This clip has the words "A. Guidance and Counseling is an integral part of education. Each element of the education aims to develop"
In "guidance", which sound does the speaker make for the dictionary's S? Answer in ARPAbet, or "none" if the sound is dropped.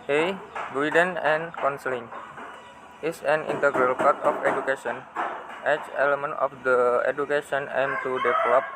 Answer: none